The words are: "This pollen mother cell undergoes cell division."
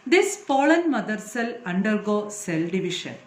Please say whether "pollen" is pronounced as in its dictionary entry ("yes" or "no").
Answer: no